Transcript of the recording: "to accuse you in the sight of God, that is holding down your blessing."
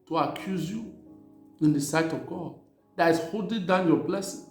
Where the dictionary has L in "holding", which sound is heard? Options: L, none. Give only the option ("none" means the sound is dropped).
none